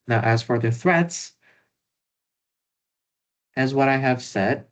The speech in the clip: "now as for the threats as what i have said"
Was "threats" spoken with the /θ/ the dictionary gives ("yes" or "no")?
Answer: yes